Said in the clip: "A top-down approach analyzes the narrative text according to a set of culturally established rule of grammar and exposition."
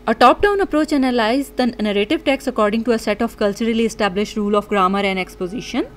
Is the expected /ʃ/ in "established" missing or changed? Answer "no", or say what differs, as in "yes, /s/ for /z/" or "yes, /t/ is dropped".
no